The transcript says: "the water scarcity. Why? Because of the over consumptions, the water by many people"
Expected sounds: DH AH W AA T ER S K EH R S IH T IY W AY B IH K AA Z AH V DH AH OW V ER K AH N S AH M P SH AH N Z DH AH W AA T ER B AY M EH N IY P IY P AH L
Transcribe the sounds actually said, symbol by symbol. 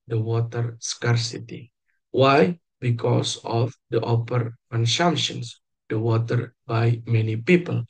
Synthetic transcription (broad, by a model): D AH W AA T ER S K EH R S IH T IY W AY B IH K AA S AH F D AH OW P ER K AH N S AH M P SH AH N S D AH W AA T ER B AY M EH N IY P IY P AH L